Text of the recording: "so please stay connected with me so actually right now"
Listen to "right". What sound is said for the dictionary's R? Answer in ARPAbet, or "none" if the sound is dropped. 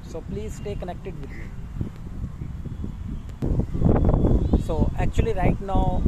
R